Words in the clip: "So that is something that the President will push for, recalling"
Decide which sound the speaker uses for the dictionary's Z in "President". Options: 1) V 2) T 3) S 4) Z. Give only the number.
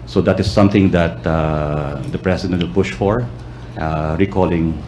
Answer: 3